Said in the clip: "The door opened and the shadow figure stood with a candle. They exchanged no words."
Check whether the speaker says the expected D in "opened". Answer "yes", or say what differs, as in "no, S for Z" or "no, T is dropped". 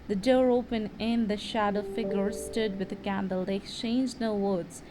no, D is dropped